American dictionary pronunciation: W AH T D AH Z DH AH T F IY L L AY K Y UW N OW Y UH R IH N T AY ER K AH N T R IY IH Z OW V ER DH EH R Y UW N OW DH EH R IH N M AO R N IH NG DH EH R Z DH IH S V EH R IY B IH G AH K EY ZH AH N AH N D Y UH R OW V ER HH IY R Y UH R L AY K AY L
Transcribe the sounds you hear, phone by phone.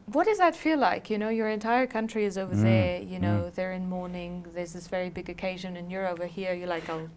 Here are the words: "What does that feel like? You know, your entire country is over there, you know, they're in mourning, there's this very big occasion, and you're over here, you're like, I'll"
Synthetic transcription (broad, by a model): W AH T D AH Z DH AH T F IY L L AY K Y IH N OW Y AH R IH N T AY ER K AH N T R IY IH Z OW V ER DH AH R Y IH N OW DH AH R IH N M AO R N IH NG DH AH R Z DH IH S V EH R IY B IH G AH K EY ZH AH N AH N Y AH R OW V ER HH IY R Y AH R L AY K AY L